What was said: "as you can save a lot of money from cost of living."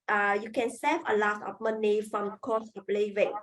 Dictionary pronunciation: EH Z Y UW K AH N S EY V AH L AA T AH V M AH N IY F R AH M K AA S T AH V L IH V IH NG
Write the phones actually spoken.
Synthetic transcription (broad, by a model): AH Y UW K AH N S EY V AH L AA T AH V M AH N IY F R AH M K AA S AH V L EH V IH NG